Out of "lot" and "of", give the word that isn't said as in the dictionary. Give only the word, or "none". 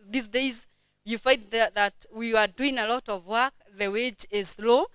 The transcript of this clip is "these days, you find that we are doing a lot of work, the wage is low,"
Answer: none